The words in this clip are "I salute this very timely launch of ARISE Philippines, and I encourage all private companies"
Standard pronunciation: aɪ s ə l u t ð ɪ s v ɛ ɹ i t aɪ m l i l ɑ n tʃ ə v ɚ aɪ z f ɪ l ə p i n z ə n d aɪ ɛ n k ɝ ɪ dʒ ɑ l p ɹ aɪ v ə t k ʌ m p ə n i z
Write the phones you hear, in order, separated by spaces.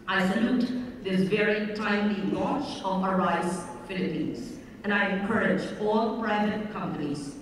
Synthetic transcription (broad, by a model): aɪ s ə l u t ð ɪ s v ɛ ɹ i t aɪ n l i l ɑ tʃ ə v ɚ aɪ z f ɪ l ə p i n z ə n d aɪ ɛ n k ɝ ɪ dʒ ɑ l p ɹ aɪ v ə t k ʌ m p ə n i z